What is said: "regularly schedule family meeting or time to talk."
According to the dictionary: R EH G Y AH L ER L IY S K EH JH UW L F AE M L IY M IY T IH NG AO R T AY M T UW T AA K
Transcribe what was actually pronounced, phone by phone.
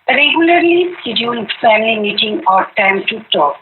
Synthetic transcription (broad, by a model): R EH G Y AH L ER L IY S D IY UW N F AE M L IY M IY T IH NG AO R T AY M T UW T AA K